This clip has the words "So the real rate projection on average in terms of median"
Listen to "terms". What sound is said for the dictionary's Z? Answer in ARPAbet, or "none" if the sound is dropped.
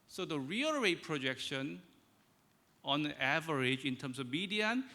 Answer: S